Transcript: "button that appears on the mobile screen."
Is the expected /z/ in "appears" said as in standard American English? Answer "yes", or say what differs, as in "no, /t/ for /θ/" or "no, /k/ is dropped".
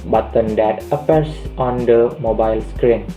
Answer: no, /s/ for /z/